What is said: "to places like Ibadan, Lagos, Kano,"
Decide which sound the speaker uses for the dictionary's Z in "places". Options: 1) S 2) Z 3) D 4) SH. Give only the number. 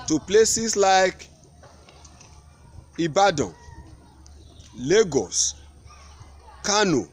1